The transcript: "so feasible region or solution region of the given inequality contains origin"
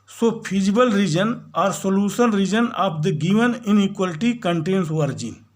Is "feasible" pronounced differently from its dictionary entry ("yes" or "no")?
yes